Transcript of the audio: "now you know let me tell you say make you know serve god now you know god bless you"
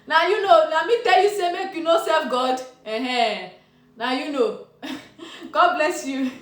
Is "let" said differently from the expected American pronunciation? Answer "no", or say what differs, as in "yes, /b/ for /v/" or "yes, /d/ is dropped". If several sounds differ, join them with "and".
yes, /n/ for /l/